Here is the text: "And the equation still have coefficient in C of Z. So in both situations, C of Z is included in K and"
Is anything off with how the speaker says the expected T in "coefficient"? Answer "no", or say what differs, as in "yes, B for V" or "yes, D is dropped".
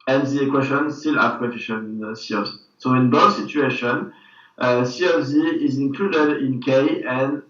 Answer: yes, T is dropped